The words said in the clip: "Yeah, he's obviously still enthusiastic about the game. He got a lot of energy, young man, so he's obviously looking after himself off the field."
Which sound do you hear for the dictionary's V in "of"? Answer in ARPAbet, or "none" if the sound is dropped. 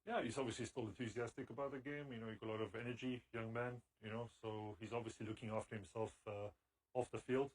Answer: V